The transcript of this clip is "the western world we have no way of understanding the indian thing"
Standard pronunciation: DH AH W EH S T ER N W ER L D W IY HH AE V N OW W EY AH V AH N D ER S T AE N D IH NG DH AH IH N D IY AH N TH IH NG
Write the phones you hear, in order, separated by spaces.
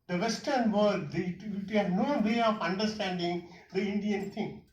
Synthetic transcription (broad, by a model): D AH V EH S T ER N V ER D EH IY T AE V N OW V EY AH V AH N D ER S T AE N D IH NG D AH IH N D IY AH N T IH NG